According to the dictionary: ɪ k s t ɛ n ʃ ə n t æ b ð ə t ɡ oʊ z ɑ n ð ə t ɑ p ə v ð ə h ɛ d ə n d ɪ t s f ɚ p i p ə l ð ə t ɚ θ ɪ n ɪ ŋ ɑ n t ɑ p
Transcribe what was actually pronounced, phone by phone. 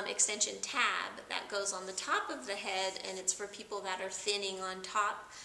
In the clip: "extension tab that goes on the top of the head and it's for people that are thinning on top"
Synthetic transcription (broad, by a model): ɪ k s t ɛ n ʃ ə n t æ b ð ə t ɡ oʊ z n ð ə t ɑ p ə v ð ə h ɛ d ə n ɪ t s f ɚ p i p l ð ə t ɚ θ ɪ n ɪ ŋ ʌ n t ɑ p